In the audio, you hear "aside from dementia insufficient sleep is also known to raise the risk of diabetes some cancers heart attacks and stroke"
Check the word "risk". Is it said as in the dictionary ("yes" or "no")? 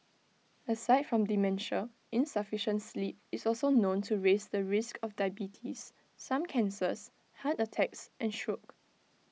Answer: yes